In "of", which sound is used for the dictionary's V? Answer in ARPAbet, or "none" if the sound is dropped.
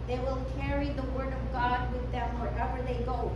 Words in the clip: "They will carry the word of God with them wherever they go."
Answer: V